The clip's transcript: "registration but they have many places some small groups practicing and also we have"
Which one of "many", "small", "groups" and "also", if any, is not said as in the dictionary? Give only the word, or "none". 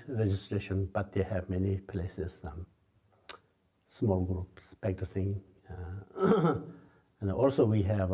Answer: none